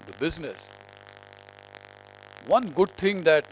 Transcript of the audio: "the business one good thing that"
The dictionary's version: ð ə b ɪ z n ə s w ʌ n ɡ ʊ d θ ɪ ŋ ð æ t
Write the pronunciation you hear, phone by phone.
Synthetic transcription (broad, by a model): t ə b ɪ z n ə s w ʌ n ɡ ʊ d t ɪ ŋ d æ t